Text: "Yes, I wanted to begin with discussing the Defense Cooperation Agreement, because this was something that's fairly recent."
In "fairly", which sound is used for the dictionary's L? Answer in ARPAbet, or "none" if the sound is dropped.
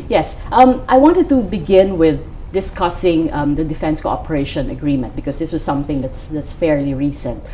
L